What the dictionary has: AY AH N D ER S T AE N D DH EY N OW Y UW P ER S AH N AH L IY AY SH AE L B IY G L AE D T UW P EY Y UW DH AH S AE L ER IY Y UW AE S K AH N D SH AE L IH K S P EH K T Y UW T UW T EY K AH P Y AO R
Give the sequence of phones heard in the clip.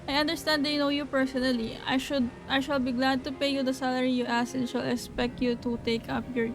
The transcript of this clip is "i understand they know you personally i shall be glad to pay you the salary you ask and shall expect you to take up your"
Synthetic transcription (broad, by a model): AY AH N D ER S T AE N D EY N OW Y UW P ER S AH N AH L IY AY SH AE L B IY G L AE D T UW P EY Y UW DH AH S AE L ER IY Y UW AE S AH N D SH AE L IH K S P EH K T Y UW T UW T EY K AH P Y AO R